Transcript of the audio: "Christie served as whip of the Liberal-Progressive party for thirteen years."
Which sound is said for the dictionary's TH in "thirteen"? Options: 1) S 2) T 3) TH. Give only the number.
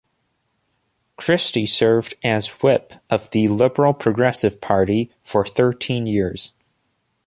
3